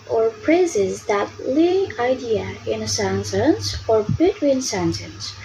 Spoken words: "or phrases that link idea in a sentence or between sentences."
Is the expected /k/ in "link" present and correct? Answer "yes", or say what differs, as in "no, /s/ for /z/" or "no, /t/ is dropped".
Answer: no, /k/ is dropped